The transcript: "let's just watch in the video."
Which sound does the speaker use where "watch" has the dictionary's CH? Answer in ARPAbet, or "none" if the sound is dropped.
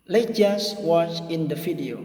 CH